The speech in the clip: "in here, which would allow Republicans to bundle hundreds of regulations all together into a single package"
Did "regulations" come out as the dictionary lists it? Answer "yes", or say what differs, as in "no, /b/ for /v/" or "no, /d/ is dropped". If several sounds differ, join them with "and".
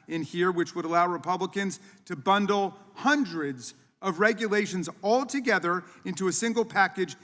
yes